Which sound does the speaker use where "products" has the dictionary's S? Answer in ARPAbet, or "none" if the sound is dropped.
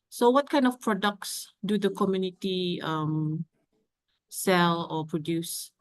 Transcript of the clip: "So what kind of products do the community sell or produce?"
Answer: S